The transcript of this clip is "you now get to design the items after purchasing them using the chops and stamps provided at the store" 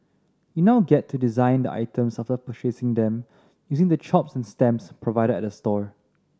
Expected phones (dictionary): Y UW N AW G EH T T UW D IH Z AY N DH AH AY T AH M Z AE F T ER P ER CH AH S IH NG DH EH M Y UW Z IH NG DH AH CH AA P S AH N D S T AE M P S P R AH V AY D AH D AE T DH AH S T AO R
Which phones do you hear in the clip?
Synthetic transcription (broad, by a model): Y UW N AW G EH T T UW D IH Z AY N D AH AY T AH M S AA F T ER P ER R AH S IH NG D EH M Y UW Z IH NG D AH CH AA P S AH N S T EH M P S P R AH V AY D AH D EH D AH S T AO R